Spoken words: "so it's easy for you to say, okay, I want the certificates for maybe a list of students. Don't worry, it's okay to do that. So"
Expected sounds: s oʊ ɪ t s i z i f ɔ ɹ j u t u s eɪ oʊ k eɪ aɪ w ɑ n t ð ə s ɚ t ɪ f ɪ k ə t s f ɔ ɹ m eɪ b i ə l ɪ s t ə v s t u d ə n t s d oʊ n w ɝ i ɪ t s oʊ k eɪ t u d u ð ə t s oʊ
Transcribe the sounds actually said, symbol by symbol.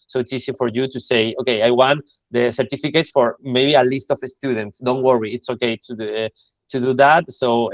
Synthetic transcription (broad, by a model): s oʊ ɪ t s i s i f ɔ ɹ j u t u s eɪ oʊ k eɪ aɪ w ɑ n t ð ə s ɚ t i f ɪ k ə t s f ɔ ɹ m eɪ b i ə l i s t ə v s t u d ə n t s d oʊ n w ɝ i ɪ t s oʊ k eɪ t u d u ð ə t s oʊ